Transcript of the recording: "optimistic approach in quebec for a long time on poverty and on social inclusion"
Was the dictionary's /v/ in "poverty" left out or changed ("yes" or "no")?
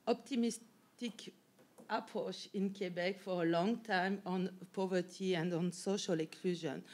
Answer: no